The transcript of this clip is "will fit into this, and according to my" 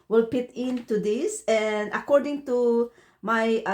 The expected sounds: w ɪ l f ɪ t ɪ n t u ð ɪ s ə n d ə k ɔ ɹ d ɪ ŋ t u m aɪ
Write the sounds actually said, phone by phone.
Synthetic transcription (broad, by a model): w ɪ l p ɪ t ɪ n t u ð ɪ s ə n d ə k ɔ ɹ d ɪ ŋ t u m aɪ